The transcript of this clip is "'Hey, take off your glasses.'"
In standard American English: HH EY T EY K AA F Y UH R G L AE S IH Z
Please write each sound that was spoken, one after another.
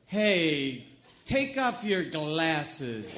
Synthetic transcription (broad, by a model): HH EY T EY K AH P Y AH R G L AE S IH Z